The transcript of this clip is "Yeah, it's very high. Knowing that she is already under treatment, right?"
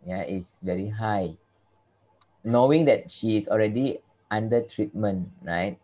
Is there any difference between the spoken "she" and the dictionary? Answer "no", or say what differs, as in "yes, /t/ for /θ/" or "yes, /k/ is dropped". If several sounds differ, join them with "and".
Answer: no